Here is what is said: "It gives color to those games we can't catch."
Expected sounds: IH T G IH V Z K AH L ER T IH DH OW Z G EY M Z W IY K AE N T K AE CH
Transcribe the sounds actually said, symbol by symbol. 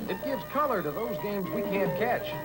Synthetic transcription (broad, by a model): IH T G IH V Z K AH L ER T IH DH OW Z G EY M Z W IY K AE N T K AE CH